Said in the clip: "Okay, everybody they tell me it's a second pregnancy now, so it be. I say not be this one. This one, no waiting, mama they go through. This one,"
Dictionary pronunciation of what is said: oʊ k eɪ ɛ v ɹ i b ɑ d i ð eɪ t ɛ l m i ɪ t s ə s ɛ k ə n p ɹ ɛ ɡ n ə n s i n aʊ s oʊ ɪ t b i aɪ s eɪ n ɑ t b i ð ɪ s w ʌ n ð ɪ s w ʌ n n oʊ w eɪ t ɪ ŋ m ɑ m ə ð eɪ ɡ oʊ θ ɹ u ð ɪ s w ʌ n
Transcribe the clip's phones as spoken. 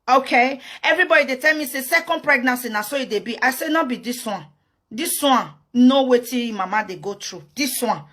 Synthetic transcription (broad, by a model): oʊ k eɪ ɛ v ɹ i b ɑ d i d eɪ t ɛ l m i s ə s ɛ k ə n p ɹ ɛ ɡ n ə n s i n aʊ s oʊ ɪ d b i aɪ s eɪ n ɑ b i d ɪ s w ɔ n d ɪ s w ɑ n n oʊ w eɪ t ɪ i m ɑ m ə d eɪ ɡ oʊ t ɹ u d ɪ s w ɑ n